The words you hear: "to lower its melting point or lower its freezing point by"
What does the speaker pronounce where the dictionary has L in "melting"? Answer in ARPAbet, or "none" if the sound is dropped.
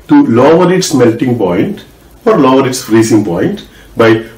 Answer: L